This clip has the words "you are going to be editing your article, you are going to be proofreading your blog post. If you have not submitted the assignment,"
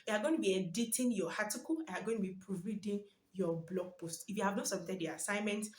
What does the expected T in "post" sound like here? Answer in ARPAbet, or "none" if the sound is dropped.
T